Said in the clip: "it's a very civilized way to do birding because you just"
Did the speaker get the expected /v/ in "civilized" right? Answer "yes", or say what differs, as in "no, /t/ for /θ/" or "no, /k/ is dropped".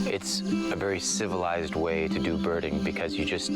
yes